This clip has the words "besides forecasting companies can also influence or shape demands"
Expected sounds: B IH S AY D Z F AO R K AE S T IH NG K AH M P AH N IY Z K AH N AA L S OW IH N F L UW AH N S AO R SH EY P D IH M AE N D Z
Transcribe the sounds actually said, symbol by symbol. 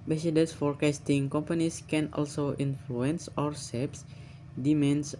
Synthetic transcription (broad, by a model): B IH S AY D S F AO R K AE S T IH NG K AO M P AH N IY S K AH N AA L S OW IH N F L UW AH N S AO R S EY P D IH M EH N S